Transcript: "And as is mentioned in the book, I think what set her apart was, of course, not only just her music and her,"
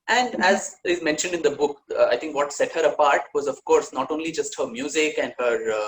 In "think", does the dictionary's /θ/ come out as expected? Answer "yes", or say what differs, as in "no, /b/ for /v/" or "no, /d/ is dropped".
no, /t/ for /θ/